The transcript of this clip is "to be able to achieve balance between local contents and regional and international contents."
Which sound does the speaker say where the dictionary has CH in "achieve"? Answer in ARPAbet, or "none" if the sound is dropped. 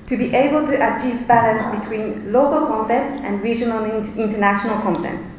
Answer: CH